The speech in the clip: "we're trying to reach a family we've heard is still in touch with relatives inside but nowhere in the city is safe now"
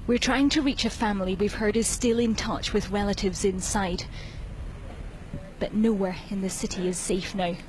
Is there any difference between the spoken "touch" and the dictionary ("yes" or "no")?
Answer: no